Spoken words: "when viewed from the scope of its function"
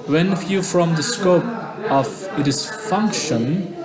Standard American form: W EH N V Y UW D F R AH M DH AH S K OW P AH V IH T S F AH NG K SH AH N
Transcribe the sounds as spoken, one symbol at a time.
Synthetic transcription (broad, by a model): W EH N F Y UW F R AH M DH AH S K OW P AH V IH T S F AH NG K SH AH N